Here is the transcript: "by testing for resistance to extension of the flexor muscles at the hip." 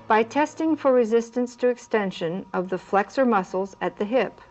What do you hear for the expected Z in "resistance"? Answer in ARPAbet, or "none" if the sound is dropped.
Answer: Z